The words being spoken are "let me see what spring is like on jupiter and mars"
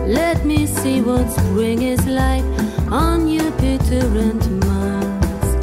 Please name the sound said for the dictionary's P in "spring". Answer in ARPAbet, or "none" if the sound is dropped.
B